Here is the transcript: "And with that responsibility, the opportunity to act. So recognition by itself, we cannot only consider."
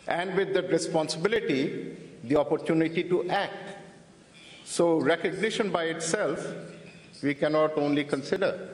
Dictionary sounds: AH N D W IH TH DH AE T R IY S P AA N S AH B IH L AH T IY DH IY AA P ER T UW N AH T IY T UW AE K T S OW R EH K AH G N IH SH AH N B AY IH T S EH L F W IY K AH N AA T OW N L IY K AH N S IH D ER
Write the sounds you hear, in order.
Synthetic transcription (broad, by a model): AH N D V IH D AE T R IY S P AA N S AH B IH L AH T IY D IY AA P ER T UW N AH T IY T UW AE K T S OW R EH K AH G N IH SH AH N B AY IH T S EH L F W IY K AH N AA T OW N L IY K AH N S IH D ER